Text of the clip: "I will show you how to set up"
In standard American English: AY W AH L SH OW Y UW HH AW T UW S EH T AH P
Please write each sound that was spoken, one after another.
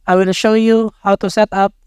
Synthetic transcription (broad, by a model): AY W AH N SH OW Y UW HH AW T UW S EH T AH P